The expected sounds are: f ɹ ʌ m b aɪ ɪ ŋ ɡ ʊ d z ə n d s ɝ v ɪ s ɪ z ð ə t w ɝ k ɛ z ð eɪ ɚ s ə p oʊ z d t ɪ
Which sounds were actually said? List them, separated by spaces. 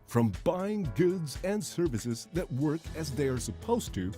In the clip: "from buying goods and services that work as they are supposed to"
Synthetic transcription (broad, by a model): f ɹ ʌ m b aɪ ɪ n ɡ ʊ d z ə n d s ɝ v ɪ s ɪ z ð ə t w ɝ k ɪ z ð eɪ ɚ s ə p oʊ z t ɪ